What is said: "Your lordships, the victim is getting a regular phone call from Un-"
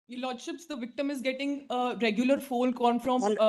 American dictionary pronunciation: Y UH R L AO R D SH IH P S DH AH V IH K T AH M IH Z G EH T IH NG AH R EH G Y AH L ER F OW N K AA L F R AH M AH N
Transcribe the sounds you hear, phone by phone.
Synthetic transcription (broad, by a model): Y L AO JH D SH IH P S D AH V IH K T AH M IH Z G EH T IH NG AH R EH G Y AH L ER F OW L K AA N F R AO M